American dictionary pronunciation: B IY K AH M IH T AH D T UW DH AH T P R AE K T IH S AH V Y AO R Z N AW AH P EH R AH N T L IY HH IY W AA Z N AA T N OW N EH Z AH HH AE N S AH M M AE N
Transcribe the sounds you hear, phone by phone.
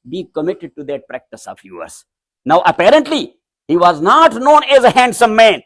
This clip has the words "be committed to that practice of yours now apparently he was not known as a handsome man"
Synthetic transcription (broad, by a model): B IY K AH M IH T AH D T UW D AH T P R AE K T IH S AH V Y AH R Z N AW AH P EH R AH N T L IY HH IY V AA Z N AA T N OW N EH Z AH HH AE N S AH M M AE N